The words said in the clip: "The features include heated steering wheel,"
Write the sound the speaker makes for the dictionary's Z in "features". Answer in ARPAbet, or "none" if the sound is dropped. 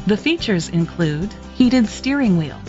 Z